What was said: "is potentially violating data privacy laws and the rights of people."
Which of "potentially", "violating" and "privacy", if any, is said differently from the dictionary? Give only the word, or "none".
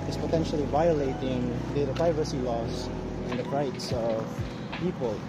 none